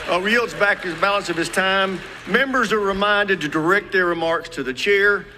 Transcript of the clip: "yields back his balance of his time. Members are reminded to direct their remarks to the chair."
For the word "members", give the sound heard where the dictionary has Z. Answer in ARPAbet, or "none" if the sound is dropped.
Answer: Z